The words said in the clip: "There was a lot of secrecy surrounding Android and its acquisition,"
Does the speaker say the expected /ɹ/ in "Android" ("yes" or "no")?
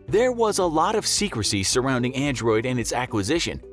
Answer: yes